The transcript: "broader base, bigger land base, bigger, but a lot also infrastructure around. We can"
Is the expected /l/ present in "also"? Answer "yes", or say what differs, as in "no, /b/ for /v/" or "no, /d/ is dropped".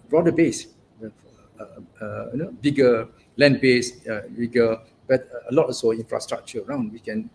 no, /l/ is dropped